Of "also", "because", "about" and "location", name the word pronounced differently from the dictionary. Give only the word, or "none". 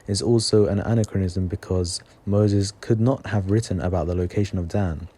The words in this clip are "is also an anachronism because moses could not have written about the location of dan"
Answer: none